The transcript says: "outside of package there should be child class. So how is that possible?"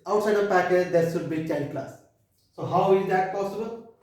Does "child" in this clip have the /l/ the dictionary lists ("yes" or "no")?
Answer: no